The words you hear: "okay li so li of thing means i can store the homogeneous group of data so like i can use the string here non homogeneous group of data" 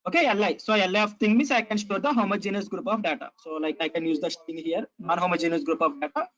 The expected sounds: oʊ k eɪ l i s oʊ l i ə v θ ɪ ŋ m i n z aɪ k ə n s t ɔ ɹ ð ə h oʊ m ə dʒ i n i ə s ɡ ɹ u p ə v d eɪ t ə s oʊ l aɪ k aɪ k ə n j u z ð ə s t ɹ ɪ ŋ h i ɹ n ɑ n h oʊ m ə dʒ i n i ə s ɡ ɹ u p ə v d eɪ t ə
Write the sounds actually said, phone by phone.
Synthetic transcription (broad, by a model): oʊ k eɪ l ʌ s oʊ l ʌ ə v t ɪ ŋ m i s aɪ k ə n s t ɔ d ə h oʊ m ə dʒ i n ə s ɡ ɹ u p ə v d eɪ t ə s oʊ l aɪ k aɪ k ə n j u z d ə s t ɪ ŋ h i ɹ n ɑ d h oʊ m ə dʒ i n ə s ɡ ɹ u p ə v d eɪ t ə